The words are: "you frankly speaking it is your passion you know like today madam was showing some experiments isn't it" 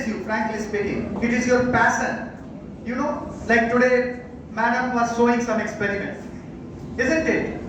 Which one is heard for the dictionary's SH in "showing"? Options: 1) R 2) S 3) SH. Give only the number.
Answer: 2